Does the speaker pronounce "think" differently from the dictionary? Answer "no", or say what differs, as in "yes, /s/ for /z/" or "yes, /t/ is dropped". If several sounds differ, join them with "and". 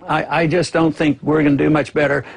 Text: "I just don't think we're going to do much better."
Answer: no